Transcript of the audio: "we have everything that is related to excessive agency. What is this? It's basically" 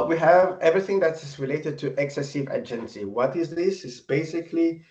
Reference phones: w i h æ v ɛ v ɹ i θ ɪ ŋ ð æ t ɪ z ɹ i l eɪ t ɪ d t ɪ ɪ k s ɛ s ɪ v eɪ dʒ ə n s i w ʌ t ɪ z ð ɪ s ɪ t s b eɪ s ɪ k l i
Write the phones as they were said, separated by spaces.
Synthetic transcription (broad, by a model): w i h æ v ɛ v ɹ i θ ɪ ŋ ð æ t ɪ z ɹ i l eɪ t ɪ d t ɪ ɪ k s ɛ s ɪ v eɪ dʒ ə n s i w ʌ t ɪ z ð ɪ s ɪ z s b eɪ s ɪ k l i